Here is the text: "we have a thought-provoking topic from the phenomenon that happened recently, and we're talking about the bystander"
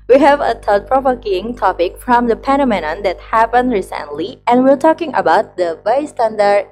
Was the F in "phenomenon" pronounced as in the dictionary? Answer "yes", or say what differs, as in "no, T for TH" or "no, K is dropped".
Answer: no, P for F